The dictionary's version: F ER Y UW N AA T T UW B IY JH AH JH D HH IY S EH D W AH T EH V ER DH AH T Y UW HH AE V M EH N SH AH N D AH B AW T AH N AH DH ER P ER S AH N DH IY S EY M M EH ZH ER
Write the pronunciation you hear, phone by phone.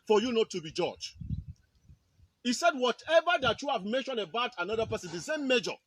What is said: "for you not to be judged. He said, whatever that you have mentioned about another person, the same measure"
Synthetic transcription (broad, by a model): F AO Y UW N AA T T UW B IY JH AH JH HH IY S EH D W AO T EH V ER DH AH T Y UW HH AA V M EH N SH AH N AH B AW T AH N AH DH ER P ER S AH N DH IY S EY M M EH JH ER